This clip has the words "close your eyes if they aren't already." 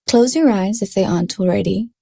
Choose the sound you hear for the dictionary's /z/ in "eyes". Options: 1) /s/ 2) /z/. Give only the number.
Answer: 2